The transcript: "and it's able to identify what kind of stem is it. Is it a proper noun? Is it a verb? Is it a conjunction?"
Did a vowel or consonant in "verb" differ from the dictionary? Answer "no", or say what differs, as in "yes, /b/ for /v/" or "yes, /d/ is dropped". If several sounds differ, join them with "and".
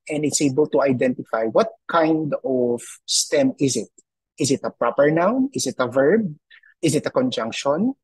no